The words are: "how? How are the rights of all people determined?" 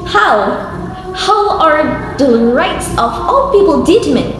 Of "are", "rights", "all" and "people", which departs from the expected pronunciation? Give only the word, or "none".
none